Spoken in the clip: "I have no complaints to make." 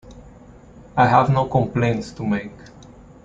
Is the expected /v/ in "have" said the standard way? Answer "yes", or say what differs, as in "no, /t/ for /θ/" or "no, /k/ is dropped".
yes